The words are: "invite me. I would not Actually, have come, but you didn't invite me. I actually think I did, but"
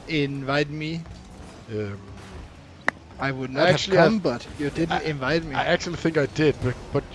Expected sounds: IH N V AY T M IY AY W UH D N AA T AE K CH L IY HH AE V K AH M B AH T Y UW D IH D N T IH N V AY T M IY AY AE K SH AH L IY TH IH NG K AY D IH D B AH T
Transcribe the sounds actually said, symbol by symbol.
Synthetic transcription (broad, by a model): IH N V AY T M IY AY W UH D N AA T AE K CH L K AH M B AH T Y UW D IH D N T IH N V AY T M IY AY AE K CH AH L IY TH IH NG K AY D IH D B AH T